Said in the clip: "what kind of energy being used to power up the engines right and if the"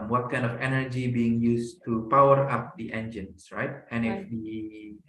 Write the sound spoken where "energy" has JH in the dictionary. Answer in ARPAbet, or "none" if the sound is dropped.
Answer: JH